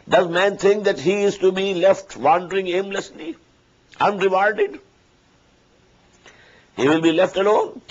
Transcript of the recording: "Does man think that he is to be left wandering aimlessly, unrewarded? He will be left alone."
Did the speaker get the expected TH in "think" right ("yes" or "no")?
no